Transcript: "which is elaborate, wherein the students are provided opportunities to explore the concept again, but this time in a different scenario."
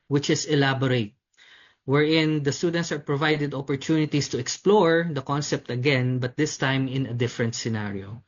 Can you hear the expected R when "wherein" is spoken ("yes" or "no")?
yes